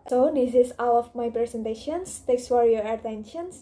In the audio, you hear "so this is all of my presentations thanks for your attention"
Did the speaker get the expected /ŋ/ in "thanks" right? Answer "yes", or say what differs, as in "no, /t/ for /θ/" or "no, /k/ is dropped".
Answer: no, /ŋ/ is dropped